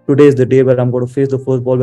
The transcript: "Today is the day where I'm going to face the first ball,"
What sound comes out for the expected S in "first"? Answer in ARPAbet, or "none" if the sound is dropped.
none